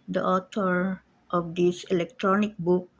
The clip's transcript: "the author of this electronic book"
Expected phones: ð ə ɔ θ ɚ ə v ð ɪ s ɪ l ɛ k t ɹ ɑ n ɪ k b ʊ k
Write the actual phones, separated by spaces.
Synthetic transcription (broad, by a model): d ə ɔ t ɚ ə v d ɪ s ɪ l ɛ k t ɹ ɑ n ɪ k b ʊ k